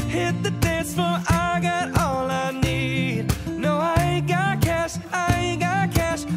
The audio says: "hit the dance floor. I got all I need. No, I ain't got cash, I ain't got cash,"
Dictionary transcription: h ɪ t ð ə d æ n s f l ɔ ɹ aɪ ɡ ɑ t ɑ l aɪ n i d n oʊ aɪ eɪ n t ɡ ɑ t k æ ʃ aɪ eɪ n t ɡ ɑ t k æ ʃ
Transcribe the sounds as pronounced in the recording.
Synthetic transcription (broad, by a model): h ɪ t ð ə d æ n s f ʌ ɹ aɪ ɡ ɑ t ɑ l aɪ n i d n oʊ aɪ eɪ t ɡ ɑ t k æ ʃ aɪ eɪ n ɡ ɑ t k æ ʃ